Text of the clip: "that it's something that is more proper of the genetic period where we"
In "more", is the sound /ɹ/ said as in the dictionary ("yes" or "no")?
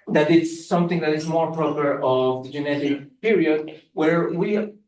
yes